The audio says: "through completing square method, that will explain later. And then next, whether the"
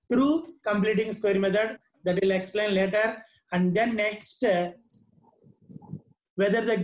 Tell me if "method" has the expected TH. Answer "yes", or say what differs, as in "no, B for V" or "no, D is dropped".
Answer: no, T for TH